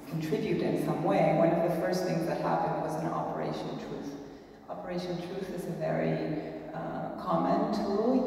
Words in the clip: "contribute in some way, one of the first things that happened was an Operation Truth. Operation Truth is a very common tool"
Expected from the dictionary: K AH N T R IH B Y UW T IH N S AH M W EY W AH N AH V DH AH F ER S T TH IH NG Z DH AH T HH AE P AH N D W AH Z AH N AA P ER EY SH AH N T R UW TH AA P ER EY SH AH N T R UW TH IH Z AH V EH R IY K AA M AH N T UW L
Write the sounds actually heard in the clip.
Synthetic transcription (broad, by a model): K N T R IH B Y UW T IH N S AH M W EY W AH N AH V DH AH F ER S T TH IH NG Z DH AH T HH AE P AH N D W AH Z AH N AA P ER EY SH AH N T R UW TH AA P ER EY SH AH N T R UW TH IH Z AH V EH R IY K AA M AH N T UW L